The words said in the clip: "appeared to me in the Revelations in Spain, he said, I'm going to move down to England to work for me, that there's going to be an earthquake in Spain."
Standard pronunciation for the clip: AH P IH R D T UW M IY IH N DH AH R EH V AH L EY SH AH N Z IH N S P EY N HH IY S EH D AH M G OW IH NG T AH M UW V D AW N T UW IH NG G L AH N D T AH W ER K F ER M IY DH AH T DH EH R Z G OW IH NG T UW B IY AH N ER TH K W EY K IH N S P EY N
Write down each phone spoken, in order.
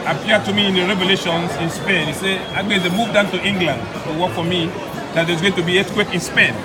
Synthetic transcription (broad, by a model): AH P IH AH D T UW M IY IH N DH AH R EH V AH L EY SH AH N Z IH N S P EY N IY S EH AH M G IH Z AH M UW V D AW N T UW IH NG G L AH N D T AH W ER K F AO M IY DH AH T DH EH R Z G OW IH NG T UW B IY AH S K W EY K IH N S P EY N